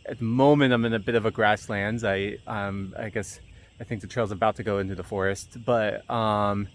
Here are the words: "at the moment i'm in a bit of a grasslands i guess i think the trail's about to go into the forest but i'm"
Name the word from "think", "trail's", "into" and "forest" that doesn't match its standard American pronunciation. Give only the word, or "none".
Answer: none